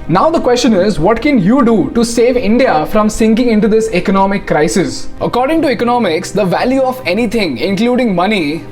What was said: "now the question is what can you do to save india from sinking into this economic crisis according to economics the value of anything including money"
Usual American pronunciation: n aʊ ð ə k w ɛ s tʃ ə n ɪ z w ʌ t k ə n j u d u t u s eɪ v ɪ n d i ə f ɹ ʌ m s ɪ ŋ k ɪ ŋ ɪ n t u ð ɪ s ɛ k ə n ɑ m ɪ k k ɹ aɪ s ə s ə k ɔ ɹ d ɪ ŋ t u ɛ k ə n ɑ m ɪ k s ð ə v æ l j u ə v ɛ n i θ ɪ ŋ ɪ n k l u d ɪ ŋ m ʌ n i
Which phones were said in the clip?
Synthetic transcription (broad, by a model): n aʊ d ə k w ɛ s tʃ ə n ɪ z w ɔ t k ə n j u d u t u s eɪ v ɪ n d i ə f ɹ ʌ m s ɪ ŋ k ɪ ŋ ɪ n t u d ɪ s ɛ k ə n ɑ m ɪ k k ɹ aɪ s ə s ə k ɔ ɹ d ɪ ŋ t u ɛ k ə n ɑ m ɪ k s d ə v æ l j u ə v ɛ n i t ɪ ŋ ɪ n k l u d ɪ ŋ m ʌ n i